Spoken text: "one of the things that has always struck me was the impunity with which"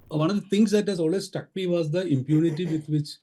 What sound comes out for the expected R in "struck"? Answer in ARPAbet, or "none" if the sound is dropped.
none